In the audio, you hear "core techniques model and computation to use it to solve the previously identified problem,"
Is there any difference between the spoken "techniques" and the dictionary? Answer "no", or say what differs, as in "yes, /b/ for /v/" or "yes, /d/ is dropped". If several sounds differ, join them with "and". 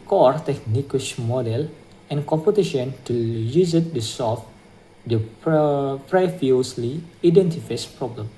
yes, /ʃ/ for /s/